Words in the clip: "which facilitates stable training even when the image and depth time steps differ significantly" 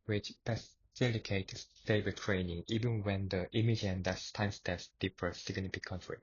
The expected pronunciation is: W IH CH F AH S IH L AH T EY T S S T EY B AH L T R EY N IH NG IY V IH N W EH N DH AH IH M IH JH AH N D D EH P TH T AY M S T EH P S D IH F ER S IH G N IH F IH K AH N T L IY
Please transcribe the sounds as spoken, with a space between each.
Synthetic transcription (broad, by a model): W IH CH P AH S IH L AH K EY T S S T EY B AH T R EY N IH NG IY V IH N W EH N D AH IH M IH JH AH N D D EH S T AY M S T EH S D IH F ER S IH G N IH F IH K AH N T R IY